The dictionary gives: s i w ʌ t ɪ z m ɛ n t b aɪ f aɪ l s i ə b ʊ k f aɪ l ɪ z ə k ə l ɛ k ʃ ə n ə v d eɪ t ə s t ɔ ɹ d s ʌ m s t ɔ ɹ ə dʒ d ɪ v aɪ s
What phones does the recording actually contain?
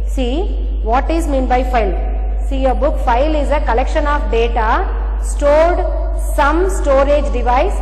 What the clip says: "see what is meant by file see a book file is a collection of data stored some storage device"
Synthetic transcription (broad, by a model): s i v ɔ t ɪ z m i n b aɪ f aɪ l s i ə b ʊ k f aɪ l ɪ z ə k ə l ɛ k ʃ ə n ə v d eɪ t ə s t ɔ ɹ d s ʌ m s t ɔ ɹ ə dʒ d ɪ v aɪ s